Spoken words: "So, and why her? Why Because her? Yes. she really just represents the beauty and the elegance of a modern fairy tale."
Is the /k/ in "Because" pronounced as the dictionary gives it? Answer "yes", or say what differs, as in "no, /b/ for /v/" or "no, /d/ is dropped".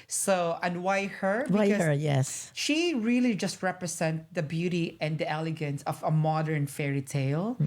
no, /k/ is dropped